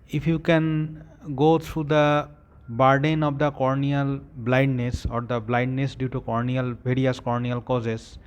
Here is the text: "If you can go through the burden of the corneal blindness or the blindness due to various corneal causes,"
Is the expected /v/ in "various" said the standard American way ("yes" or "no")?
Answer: no